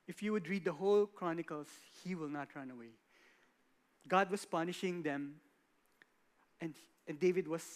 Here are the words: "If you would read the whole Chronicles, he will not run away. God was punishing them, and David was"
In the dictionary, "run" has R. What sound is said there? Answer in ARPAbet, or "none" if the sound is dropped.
R